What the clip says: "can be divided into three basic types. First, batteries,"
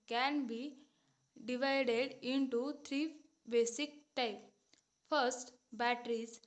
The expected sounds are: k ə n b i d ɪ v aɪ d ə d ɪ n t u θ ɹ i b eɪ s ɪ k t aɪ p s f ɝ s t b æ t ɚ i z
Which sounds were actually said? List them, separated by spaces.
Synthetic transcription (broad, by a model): k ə n b i d ɪ v aɪ d ə d ɪ n t u t ɹ i b eɪ s ɪ k t aɪ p f ɝ s t b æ t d i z